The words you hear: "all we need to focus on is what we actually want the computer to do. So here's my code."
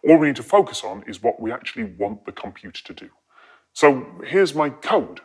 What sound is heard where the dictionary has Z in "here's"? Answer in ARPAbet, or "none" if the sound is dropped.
Z